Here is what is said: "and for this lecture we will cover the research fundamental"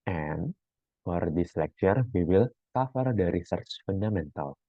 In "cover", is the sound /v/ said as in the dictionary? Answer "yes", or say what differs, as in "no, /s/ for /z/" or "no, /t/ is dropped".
no, /f/ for /v/